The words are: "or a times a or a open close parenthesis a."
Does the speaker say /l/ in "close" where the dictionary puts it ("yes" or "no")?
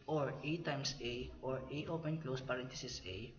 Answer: yes